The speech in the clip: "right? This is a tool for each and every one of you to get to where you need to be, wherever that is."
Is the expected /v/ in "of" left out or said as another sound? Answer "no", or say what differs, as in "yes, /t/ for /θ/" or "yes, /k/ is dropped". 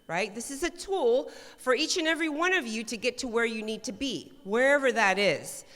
no